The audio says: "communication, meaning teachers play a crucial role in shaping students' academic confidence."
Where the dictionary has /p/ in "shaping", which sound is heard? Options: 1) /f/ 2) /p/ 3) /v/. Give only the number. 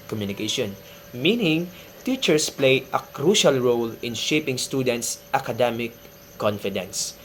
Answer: 2